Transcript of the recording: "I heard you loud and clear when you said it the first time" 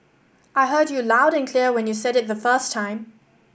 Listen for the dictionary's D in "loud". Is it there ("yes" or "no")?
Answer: yes